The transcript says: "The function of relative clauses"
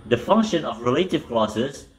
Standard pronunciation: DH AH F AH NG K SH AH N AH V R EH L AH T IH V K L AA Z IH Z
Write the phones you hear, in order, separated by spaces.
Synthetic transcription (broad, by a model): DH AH F AH NG K SH AH N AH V R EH L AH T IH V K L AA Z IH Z